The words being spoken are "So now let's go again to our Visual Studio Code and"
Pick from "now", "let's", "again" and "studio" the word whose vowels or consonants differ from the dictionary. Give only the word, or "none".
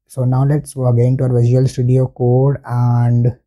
none